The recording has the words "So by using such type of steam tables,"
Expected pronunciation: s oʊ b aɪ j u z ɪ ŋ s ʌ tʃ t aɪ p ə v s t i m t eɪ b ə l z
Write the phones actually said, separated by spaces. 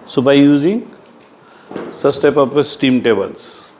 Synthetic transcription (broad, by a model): s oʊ b aɪ j u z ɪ ŋ s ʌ s t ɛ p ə p s t i m t eɪ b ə l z